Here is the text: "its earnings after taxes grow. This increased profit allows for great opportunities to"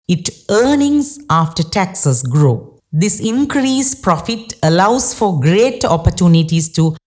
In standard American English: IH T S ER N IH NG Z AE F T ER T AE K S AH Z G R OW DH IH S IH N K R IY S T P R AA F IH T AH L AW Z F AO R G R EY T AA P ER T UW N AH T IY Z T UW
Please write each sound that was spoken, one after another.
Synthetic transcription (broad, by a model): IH T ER N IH NG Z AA F T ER T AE K S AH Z G R OW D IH S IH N K R IY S P R AA F IH T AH L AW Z F AO R G R EY T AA P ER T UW N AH T IY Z T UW